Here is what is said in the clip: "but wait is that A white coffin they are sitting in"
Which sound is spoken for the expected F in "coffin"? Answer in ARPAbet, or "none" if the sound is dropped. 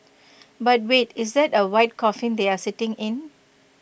F